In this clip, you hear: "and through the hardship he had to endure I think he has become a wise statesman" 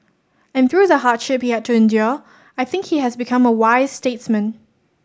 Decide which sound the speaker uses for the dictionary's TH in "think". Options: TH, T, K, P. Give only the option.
TH